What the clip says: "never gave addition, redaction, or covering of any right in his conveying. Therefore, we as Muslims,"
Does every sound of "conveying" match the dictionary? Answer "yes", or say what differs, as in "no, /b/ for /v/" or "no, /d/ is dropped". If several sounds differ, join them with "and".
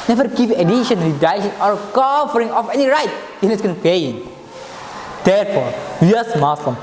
no, /p/ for /v/